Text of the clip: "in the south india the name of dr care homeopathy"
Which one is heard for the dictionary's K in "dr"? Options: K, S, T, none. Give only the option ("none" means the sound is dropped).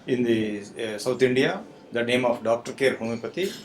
K